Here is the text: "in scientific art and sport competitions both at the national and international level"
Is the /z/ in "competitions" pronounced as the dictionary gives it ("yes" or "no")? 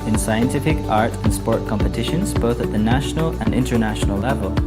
yes